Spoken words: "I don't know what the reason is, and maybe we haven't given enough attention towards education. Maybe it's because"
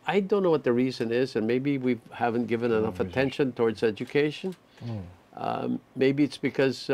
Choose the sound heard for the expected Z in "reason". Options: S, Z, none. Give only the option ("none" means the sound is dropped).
Z